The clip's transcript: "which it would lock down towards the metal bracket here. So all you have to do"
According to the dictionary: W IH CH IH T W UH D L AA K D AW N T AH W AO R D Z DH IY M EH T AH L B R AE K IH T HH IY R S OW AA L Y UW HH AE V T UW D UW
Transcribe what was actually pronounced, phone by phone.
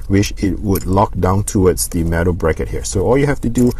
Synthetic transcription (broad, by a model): W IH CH IH T W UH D L AA K D AW N T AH W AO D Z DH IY M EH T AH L B R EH K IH T HH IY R S OW AA L Y UW HH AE F T UW D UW